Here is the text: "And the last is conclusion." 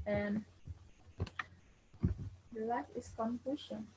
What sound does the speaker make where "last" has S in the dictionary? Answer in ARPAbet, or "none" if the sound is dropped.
none